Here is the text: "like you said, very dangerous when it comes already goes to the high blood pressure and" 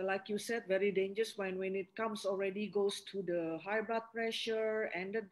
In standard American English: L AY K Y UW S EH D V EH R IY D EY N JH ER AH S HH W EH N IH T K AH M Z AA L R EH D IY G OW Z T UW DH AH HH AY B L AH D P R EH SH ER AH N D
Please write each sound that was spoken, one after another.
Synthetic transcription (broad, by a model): L AY K Y UW S EH D V EH R IY D EY N JH ER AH S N W EH N IH T K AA M S AA L R EH D IY G OW S T UW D AH HH AY B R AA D P R EH SH ER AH N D